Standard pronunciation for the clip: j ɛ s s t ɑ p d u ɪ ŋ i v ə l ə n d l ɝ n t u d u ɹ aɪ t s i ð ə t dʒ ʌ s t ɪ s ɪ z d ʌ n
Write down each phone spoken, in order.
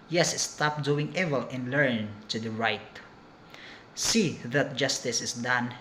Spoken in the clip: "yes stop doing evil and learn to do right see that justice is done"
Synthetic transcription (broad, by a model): j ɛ s s t ɑ p d u ɪ ŋ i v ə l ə n l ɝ n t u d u ɹ aɪ t s i ð ə t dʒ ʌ s t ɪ s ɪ s d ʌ n